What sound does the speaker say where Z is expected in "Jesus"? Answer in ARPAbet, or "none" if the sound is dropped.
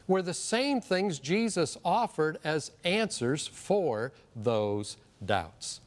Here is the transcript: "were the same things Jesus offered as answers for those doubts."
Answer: Z